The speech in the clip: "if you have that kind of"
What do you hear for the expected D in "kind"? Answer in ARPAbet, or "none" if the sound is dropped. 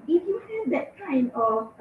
none